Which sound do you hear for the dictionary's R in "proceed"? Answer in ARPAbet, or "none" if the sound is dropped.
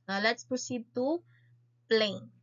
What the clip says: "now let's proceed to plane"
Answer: none